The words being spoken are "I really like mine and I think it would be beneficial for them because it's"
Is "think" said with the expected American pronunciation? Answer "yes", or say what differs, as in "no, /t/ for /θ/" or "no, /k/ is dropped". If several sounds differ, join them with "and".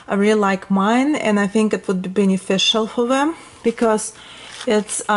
yes